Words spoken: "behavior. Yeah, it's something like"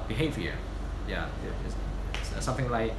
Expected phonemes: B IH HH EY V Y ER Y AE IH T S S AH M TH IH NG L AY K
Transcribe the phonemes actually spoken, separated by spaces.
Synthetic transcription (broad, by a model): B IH HH EY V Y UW Y AE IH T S S AH M TH IH NG L AY K